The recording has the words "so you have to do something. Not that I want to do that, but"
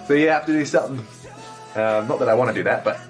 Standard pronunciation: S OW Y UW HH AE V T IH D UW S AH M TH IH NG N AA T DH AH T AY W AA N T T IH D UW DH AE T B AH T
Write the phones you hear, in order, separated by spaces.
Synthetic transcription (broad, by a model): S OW Y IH HH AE F T IH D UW S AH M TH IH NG N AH T DH AH T AY W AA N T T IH D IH DH AE T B AH T